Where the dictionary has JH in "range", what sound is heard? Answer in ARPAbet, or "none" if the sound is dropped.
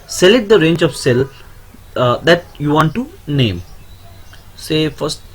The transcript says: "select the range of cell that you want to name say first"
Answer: JH